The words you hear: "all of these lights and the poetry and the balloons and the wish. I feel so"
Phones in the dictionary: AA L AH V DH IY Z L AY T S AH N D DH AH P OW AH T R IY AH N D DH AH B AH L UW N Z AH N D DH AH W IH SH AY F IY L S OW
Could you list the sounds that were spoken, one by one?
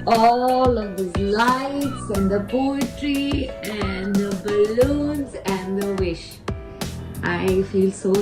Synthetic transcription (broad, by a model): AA L AH V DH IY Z L AY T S AH N D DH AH P OW AH T R IY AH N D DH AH B AH L UW N Z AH N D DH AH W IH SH AY F IY L S OW